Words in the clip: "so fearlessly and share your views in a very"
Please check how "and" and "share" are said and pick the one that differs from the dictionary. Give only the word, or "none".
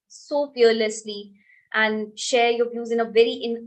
none